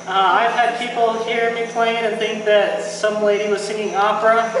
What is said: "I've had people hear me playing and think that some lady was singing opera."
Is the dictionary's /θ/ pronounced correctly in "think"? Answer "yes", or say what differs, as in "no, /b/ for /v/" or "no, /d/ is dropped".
yes